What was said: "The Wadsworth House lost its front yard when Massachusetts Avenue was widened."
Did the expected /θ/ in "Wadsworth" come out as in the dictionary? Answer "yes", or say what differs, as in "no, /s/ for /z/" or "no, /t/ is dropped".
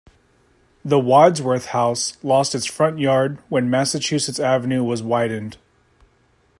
yes